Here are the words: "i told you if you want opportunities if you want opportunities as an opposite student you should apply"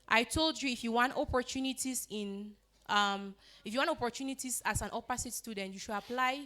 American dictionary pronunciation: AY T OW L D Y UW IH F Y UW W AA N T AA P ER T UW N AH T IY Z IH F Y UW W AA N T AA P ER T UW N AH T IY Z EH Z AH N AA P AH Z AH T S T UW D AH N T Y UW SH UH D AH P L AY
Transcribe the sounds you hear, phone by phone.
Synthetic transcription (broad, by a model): AY T OW L D Y UW IH F Y UW W AA N T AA P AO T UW N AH T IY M IH F Y UW W AA N T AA P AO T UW N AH T IY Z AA S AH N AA P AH S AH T S T UW D AH N T Y UW SH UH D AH P L AY